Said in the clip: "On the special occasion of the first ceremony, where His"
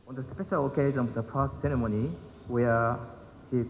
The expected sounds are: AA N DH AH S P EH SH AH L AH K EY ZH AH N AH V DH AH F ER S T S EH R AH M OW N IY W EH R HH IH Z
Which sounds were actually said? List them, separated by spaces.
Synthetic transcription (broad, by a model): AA N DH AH S P EH SH AH L AH K EY ZH AH N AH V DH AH P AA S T S EH R AH M OW N IY W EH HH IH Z